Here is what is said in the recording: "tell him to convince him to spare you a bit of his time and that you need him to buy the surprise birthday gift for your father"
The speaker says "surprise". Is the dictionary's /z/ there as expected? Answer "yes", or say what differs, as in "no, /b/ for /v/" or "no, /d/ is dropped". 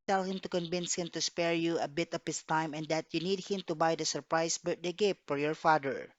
no, /s/ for /z/